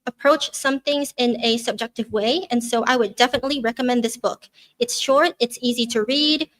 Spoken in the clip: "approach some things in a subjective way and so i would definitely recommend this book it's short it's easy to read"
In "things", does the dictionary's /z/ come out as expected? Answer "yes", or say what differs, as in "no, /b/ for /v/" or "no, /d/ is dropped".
yes